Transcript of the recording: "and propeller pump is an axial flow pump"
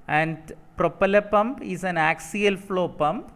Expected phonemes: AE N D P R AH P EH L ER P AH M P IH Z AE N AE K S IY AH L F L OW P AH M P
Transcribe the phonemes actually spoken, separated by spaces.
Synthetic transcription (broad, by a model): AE N D P R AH P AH L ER P AH M P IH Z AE N AE K S IY AH L F L OW P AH M P